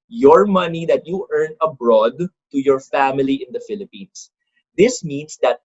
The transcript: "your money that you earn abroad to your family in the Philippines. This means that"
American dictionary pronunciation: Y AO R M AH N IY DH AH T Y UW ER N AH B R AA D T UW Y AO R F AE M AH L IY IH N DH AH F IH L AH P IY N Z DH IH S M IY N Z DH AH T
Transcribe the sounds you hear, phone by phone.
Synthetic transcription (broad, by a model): Y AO R M AH N IY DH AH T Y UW ER N AH B R AA D T UW Y AO R F AE M AH L IY IH N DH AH F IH L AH P IY N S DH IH S M IY N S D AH T